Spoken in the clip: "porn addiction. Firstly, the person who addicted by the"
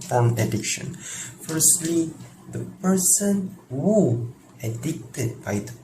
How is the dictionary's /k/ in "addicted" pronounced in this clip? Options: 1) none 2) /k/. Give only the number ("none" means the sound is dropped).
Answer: 2